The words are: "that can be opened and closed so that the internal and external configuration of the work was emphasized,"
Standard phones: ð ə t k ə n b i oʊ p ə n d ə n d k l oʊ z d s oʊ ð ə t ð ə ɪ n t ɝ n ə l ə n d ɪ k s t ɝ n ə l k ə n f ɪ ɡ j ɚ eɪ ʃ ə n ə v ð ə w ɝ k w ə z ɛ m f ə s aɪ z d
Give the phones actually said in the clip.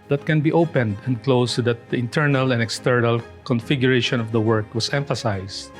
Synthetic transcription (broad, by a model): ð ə t k ə n b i oʊ p ə n d ə n d k l oʊ s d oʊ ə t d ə ɪ n t ɝ n ə l ə n d ɪ k s t ɝ n ə l k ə n f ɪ ɡ j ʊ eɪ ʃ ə n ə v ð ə w ɝ k w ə s ɛ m f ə s aɪ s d